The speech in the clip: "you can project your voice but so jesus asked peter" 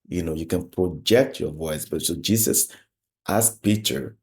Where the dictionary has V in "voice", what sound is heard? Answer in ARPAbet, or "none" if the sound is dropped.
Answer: V